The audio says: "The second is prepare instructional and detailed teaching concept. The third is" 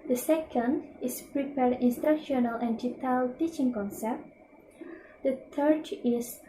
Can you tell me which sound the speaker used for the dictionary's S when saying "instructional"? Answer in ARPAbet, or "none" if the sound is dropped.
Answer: S